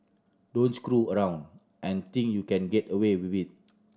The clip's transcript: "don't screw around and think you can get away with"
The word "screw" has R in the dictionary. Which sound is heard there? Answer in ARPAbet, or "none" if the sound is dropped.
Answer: R